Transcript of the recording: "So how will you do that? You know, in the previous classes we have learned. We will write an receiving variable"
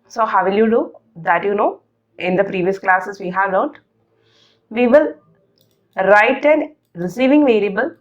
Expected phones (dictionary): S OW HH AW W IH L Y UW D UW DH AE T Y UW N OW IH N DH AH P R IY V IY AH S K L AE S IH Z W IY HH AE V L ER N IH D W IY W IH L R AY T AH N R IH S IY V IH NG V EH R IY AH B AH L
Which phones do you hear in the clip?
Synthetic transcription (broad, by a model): S OW HH AW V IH L Y UW D UW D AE T Y UW N OW IH N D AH P R IY V IY AH S K L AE S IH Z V IY HH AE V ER IH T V IY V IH L R AY T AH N R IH S IY V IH NG V EH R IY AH B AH L